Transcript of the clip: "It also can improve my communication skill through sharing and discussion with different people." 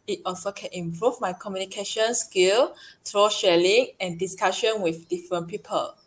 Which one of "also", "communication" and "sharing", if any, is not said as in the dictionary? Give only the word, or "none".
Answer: sharing